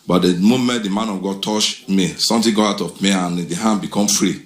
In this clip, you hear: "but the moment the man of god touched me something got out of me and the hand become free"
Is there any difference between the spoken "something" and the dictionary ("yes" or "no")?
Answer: yes